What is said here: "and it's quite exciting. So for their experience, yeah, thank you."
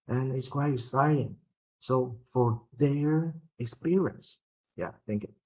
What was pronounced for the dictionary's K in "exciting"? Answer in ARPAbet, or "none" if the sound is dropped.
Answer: none